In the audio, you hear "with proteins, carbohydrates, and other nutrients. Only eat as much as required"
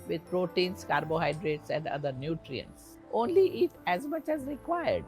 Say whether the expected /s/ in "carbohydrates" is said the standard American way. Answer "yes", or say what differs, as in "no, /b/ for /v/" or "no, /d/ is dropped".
yes